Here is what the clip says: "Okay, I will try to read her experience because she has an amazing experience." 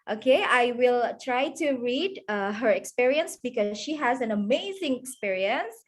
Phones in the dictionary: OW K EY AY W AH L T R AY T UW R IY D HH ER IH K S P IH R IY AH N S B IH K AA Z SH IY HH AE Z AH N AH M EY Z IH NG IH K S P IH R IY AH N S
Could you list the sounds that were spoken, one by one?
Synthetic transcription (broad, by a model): OW K EY AY W AH L T R AY T UW R IY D HH ER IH K S P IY R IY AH N S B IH K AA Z SH IY HH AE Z AH N AH M EY Z IH NG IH K S P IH R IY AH N S